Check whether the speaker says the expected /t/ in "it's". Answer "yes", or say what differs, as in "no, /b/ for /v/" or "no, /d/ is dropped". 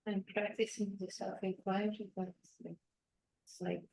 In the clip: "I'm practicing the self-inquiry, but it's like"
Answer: no, /s/ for /t/